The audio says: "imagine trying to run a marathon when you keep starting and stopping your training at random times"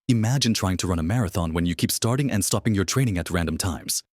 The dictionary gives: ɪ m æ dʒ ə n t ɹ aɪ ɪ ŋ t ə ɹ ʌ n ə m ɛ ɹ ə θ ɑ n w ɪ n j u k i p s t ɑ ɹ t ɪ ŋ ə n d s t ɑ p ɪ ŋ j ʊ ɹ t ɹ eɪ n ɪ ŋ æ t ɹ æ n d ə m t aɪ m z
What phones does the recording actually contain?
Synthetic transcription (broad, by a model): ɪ m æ dʒ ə n t ɹ aɪ ɪ ŋ t ə ɹ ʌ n ə m ɛ ɹ ə θ ɑ n w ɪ n j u k i p s t ɑ ɹ t ɪ ŋ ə n s t ɑ p ɪ ŋ j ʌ ɹ t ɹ eɪ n ɪ ŋ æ t ɹ æ n d ə m t aɪ m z